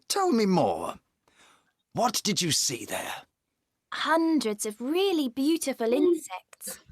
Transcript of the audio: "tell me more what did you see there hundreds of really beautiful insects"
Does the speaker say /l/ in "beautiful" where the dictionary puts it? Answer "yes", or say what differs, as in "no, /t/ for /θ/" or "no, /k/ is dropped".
yes